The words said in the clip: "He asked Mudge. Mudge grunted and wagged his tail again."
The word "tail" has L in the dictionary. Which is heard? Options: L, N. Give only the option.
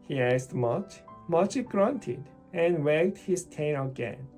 N